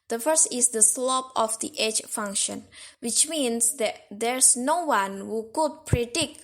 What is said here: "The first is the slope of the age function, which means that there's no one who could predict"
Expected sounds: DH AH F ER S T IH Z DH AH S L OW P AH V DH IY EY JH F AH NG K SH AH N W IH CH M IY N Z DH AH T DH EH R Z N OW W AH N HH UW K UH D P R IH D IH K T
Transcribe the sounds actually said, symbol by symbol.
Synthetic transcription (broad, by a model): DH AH F ER S T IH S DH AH S L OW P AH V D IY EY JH F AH NG K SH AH N W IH CH M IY N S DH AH T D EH R S N OW W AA N HH UW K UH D P R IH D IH K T